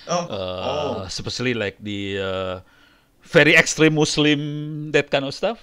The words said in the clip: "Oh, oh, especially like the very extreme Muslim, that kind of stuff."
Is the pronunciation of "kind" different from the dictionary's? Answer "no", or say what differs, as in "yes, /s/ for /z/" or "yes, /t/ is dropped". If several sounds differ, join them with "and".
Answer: yes, /d/ is dropped